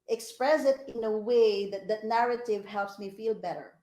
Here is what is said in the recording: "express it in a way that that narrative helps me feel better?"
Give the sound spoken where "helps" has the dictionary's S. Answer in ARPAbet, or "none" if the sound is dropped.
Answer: S